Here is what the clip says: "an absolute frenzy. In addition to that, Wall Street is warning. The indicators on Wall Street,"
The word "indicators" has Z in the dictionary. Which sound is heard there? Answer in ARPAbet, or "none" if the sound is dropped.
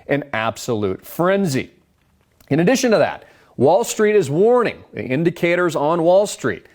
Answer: Z